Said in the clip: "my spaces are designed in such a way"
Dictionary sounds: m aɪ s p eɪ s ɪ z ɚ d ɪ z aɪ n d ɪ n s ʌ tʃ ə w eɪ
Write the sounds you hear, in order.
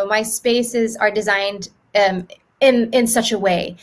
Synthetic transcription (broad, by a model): m aɪ s p eɪ s ɪ z ɚ d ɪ z aɪ n d ɪ n s ʌ tʃ ə w eɪ